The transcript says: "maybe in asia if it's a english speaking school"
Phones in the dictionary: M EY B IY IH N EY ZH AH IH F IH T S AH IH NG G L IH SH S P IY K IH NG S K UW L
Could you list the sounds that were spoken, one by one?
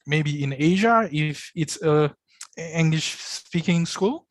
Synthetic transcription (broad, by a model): M EY B IY IH N EY ZH AH IH F IH T S AH IH NG G L IH SH S P IY K IH NG S K UW L